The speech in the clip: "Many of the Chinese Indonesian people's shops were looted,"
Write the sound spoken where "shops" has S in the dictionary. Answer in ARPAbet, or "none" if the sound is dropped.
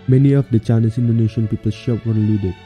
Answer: none